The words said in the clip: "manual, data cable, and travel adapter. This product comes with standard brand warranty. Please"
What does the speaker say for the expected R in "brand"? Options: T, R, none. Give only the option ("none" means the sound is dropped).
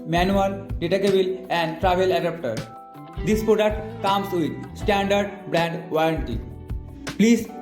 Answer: R